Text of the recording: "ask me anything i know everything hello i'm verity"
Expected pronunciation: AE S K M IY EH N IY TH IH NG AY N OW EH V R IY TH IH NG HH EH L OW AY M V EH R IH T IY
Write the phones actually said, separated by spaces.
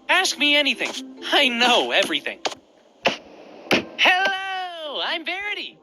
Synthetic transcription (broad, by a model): AE S K M IY EH N IY TH IH NG AY N OW EH V R IY TH IH NG HH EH L OW AY M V EH R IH T IY